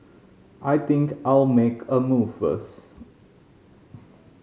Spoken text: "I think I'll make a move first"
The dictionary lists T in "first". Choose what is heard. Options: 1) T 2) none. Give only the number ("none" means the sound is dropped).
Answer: 2